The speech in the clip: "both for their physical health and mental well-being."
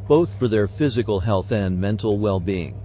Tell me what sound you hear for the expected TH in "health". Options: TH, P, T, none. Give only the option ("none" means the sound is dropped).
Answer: TH